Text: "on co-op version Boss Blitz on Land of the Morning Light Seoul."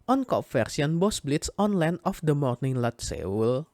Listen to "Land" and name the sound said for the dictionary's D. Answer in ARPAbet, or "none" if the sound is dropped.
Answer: none